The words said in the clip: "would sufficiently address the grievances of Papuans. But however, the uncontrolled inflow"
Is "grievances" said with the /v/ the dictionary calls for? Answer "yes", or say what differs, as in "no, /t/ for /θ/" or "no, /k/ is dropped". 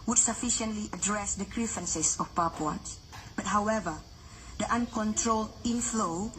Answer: no, /f/ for /v/